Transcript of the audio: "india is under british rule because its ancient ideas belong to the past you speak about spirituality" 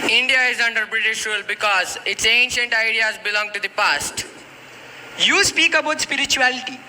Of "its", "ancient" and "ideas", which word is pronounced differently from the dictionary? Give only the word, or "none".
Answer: none